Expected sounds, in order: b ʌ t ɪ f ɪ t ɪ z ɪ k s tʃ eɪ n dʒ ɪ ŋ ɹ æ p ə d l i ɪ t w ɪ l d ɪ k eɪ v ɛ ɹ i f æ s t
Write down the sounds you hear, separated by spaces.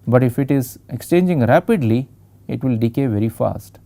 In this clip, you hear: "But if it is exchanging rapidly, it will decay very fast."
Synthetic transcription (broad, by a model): b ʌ t ɪ f ɪ t ɪ z ɪ k s tʃ eɪ n dʒ ɪ ŋ ɹ æ p ə d l i ɪ t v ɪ l d ɪ k eɪ v ɛ ɹ i f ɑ s t